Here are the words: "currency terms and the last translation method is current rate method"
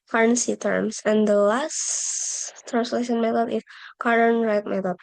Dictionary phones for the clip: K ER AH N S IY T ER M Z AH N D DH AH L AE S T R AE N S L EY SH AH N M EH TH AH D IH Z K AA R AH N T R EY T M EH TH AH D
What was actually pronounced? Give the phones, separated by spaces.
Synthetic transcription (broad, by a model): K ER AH N S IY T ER M S AH N D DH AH L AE S T R AE N S L EY SH AH N M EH T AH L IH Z K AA R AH N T R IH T M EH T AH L